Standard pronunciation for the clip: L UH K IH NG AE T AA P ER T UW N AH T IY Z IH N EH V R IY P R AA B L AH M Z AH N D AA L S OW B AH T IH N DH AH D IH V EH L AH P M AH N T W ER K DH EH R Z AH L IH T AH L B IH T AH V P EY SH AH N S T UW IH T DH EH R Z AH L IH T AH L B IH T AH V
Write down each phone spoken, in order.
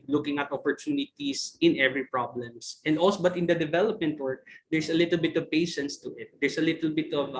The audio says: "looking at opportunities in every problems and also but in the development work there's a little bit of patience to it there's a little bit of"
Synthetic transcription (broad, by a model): L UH K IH NG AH T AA P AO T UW N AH T IY S IH N EH V R IY P R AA B L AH M S AH N D AA L S OW B AH T IH N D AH D IH V EH L AH P M AH N T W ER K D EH R S AH L IH T AH L B IH T AH V P EY SH AH N S T UW IH T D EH R S AH L IH T AH L B IH T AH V